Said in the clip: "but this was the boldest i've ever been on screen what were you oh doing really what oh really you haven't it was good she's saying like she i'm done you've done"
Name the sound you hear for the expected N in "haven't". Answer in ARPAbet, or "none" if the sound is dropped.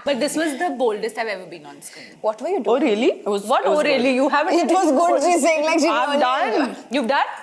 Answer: none